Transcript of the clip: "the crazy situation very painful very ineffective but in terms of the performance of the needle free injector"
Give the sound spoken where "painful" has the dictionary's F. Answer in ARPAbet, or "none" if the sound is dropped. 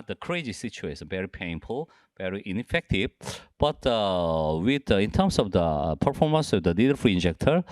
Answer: F